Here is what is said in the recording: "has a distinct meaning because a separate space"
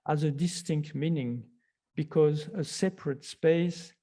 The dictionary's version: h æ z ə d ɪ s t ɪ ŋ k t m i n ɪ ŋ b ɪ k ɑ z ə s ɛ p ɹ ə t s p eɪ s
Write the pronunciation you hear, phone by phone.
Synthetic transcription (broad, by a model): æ z ə d ɪ s t ɪ ŋ k t m i n ɪ ŋ b ɪ k ɑ z ə s ɛ p ɹ ə t s p eɪ s